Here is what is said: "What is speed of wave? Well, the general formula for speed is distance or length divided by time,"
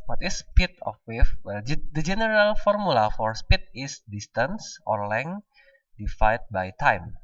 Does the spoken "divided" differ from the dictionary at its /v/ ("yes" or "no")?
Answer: yes